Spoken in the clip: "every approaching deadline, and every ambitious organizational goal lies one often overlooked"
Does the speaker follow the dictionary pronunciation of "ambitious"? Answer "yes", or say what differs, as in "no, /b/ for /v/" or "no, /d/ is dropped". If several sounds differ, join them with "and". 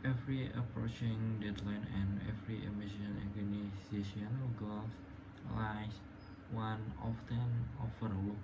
no, /b/ is dropped